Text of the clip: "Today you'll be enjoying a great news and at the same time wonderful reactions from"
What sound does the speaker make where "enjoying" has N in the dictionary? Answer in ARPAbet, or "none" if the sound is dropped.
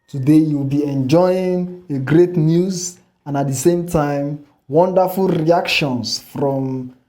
N